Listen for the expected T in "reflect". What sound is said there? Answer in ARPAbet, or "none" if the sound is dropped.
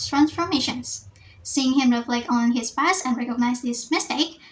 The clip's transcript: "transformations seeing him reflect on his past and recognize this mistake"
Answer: none